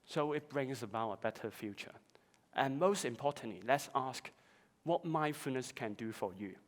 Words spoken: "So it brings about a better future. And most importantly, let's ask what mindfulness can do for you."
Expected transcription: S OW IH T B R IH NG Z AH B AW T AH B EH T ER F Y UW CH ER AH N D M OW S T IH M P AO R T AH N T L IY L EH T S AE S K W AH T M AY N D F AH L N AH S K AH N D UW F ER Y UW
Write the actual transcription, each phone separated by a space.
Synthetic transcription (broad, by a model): S OW IH T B R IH NG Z AH B AW T AH B EH T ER F Y UW CH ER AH N M OW S T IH M P AO T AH N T L IY L EH T S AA S K W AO T M AY F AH N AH S K AH N D UW F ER Y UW